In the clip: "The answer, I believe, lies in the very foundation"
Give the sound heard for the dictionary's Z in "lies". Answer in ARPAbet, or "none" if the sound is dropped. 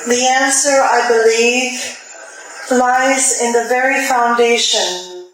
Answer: Z